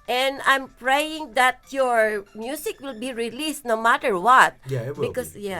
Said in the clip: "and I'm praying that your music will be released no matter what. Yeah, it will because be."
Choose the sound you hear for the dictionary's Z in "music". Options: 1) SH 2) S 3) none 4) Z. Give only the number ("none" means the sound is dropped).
2